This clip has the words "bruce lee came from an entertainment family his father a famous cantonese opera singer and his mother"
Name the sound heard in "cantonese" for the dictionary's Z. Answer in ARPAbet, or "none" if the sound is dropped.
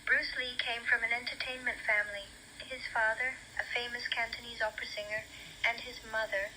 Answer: Z